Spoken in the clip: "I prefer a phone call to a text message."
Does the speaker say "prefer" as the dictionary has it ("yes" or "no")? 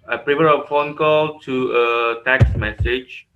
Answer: no